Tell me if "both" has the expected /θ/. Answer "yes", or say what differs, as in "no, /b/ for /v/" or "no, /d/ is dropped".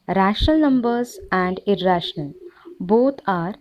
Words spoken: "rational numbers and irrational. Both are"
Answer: no, /t/ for /θ/